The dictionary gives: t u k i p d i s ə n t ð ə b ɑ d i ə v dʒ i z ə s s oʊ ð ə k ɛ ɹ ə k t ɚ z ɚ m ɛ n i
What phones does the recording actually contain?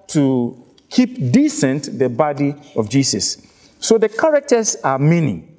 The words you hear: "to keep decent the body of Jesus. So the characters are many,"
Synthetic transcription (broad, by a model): t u k i p d i s ə n t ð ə b ɑ d i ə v dʒ i s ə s s oʊ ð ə k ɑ ɹ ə k t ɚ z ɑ m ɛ n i